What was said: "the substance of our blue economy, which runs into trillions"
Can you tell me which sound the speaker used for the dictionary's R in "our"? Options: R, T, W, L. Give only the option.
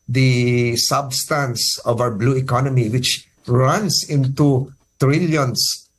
W